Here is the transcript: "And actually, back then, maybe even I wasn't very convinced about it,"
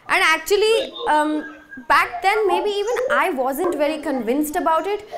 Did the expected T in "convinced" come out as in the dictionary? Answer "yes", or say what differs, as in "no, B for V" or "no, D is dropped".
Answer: yes